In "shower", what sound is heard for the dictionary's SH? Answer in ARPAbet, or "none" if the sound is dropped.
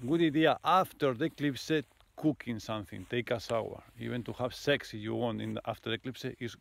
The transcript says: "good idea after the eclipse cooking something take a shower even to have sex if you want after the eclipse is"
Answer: S